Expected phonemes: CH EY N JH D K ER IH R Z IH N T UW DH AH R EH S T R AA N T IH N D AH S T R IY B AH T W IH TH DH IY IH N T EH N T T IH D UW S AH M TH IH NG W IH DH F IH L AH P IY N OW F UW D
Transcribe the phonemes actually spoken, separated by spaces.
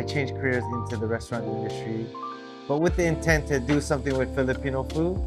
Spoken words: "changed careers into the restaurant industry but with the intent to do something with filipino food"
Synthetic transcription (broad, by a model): CH EY N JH K ER IH R Z IH N T UW DH AH R EH S T R AA N T IH N D AH S T R IY B AH T W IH DH IY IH N T EH N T T IH D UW S AH M TH IH NG W IH DH F IH L AH P IY N OW F UW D